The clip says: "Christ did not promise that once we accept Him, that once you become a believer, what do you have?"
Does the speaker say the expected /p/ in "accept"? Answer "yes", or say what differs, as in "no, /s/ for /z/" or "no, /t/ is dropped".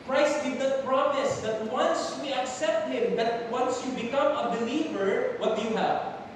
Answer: yes